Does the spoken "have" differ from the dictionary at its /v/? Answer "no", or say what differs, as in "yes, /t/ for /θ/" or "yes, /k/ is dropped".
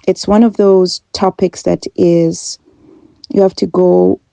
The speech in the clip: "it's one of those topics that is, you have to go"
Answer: yes, /f/ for /v/